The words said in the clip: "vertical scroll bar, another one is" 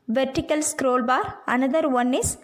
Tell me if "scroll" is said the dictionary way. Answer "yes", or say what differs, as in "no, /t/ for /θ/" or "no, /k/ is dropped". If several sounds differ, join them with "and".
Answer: yes